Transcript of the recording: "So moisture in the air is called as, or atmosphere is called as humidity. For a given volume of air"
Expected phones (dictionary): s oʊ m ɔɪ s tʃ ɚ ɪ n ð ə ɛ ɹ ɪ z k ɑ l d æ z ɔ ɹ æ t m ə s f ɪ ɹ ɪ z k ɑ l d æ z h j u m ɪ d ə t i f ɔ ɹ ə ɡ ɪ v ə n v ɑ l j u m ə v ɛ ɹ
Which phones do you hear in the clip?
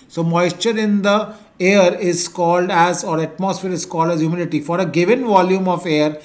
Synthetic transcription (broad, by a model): s oʊ m ɔɪ s tʃ ɚ ɪ n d ə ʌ ɹ ɪ z k ɑ l d æ z ɔ ɹ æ t m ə s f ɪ ɹ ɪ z k ɑ l d æ z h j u m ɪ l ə t i f ɔ ɹ ə ɡ ɪ v ə n v ɑ l j u m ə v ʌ ɹ